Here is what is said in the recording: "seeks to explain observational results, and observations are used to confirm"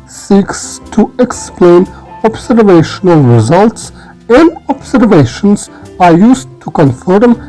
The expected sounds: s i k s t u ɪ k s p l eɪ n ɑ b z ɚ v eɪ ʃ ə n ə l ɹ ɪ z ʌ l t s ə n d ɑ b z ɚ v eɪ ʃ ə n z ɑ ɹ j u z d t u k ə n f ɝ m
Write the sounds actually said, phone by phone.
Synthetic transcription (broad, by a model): s i k s t u ɪ k s p l eɪ n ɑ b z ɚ v eɪ ʃ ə n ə l ɹ ɪ z ʌ l t s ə n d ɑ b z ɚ v eɪ ʃ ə n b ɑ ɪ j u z t u k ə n f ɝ m